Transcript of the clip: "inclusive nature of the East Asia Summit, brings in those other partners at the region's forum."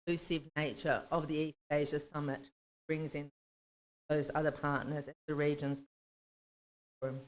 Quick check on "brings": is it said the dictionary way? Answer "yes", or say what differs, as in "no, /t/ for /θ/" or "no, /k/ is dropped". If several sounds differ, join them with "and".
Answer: yes